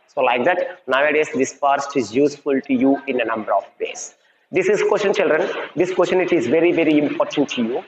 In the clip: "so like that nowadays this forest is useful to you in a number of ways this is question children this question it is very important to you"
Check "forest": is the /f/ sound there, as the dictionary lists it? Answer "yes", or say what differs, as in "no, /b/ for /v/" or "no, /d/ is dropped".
no, /p/ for /f/